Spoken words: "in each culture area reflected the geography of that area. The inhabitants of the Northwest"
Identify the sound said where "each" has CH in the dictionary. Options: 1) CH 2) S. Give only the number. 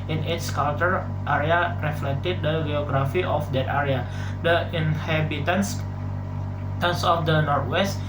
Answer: 2